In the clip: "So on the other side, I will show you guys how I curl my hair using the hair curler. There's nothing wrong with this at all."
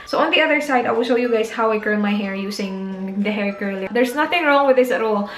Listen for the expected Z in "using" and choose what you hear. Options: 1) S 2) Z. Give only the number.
1